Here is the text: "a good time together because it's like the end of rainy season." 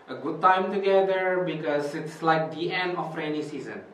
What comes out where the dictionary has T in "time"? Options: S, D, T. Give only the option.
T